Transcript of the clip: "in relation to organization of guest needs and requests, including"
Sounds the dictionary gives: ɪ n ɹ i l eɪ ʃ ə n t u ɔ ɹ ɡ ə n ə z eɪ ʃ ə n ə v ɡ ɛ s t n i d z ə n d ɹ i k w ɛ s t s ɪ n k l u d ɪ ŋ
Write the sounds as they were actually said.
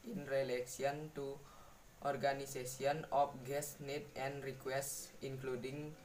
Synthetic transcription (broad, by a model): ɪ n ɹ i l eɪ s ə n t u ɔ ɹ ɡ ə n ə s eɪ s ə n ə f ɡ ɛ s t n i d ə n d ɹ i k w ɛ s t s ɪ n k l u d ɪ ŋ